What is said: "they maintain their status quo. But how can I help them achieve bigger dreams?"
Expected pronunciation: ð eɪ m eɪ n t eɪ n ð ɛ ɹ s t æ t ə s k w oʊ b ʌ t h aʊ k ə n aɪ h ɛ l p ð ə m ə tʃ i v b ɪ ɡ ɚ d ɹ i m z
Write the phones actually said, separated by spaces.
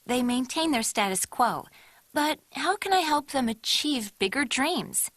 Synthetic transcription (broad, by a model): ð eɪ m eɪ n t eɪ n ð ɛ ɹ s t æ t ə s k w oʊ b ʌ t h aʊ k ə n aɪ h ɛ l p ð ə m ə tʃ i v b ɪ ɡ ɚ d ɹ i m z